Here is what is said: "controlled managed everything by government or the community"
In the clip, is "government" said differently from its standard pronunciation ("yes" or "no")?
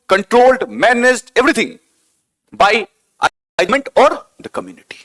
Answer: yes